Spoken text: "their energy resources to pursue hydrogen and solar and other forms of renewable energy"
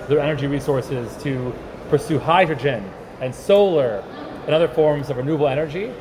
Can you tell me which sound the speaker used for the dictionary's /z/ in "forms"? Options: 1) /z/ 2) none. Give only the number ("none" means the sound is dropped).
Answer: 1